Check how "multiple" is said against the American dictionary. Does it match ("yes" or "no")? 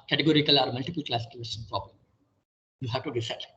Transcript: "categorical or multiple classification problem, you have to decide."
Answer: yes